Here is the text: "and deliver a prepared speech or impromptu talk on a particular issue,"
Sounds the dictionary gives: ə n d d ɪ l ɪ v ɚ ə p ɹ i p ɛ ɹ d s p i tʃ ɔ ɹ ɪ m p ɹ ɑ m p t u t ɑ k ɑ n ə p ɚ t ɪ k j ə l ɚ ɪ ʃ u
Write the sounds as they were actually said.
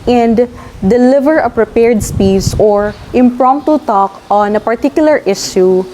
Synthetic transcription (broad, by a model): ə n d d ɪ l ɪ v ɚ ə p ɹ i p ɛ ɹ d s p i s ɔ ɹ ɪ m p ɹ ɑ m p t u t ɑ k ɑ n ə p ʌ t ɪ k j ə l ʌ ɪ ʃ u